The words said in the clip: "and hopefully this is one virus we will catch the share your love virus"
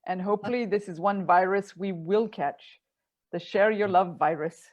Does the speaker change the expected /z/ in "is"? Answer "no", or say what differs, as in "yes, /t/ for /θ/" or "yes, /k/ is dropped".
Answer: no